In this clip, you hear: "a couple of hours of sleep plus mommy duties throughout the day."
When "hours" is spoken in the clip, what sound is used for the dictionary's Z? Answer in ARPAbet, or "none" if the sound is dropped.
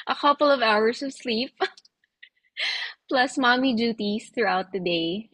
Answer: S